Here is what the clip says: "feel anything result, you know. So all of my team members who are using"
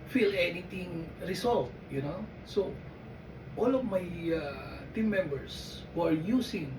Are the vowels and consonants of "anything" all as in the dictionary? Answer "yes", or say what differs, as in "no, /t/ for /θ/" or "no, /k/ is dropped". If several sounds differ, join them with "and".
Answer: no, /t/ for /θ/